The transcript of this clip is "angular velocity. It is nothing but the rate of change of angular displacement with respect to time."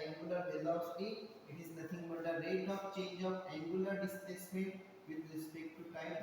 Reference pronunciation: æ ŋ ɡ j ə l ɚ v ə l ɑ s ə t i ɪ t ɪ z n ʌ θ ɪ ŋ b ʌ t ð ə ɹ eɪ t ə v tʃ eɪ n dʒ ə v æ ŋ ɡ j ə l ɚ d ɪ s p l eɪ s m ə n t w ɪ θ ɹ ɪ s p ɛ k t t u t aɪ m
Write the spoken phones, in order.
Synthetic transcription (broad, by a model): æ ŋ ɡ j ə l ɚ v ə l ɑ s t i ɪ t ɪ z n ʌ t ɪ ŋ b ʌ t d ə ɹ eɪ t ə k tʃ eɪ n dʒ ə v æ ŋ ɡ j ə l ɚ d ɪ s p l eɪ s m ə n t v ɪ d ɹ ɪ s p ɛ k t t u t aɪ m